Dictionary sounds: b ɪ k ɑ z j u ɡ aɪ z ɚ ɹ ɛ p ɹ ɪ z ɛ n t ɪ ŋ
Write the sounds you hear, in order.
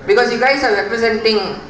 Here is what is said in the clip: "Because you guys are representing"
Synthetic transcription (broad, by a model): b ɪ k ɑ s j u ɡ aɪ s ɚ ɹ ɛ p ɹ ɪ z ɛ n t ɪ ŋ